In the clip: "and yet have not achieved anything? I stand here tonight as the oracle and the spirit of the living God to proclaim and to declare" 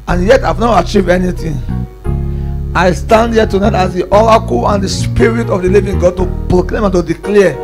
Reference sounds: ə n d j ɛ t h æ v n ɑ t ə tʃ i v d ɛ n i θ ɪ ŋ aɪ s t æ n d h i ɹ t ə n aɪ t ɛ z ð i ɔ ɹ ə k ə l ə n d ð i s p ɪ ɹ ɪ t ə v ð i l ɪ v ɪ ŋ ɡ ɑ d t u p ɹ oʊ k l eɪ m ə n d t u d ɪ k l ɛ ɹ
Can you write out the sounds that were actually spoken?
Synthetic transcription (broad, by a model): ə n j ɛ t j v n ɑ t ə tʃ i v ɛ n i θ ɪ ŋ aɪ s t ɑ n d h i t ə n aɪ t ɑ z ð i ɔ ɹ ə k ə l ə n d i s p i ɹ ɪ t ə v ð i l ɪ v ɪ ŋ ɡ ɑ d t u p ɹ oʊ k l eɪ m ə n t u d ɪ k l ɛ